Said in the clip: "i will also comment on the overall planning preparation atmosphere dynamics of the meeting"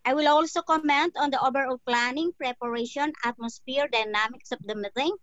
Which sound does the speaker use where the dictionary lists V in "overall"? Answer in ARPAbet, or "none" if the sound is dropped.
B